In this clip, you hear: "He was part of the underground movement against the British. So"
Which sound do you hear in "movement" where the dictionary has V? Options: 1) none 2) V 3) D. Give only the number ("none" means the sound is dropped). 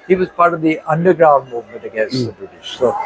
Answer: 2